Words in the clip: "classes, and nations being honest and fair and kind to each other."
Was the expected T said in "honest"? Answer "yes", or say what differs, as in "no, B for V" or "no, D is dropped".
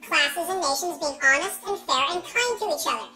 yes